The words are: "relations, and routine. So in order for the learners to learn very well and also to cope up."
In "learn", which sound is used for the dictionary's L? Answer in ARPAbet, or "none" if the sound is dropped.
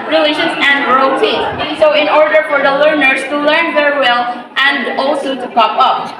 L